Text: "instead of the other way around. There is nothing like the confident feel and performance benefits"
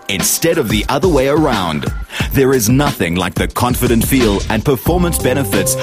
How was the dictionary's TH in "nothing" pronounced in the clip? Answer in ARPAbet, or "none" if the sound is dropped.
TH